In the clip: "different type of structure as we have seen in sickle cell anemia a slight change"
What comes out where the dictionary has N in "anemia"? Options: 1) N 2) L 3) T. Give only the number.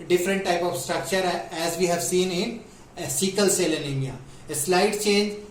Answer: 2